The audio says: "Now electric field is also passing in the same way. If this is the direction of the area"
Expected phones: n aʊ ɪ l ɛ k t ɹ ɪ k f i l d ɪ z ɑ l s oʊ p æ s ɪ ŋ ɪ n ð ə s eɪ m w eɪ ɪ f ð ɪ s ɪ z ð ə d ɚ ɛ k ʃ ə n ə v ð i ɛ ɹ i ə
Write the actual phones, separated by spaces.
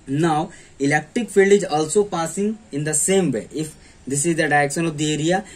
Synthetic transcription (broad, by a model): n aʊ ɪ l ɛ k t ɹ ɪ k f i l d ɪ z ɑ l s oʊ p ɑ s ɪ ŋ ɪ n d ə s eɪ m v eɪ ɪ f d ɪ s ɪ z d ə d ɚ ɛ k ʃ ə n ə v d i ɛ ɹ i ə